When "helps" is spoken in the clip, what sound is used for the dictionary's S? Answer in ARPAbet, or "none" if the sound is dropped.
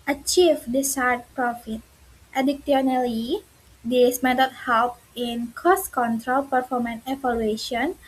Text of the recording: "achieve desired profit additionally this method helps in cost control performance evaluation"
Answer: none